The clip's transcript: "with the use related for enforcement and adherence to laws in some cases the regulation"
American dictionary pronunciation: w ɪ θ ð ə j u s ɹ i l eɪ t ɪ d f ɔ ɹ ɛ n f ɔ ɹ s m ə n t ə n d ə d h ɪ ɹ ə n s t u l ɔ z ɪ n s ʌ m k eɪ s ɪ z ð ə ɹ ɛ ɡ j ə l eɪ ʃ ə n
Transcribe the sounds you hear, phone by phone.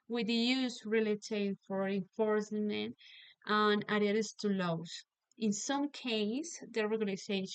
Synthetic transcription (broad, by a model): w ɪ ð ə j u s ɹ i l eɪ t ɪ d f ɔ ɹ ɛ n f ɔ ɹ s m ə n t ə n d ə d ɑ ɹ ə s t u l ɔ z ɪ n s ʌ m k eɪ ɪ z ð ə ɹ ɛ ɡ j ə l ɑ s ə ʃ